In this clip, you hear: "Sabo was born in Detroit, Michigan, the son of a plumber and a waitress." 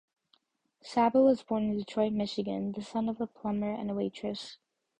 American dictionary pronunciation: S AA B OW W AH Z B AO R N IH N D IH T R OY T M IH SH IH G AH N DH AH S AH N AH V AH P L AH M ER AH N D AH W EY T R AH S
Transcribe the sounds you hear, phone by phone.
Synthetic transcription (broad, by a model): S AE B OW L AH Z B AO R N IH N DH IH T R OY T M IH SH IH G AH N DH AH S AH N AH V AH P L AH M ER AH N AH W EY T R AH S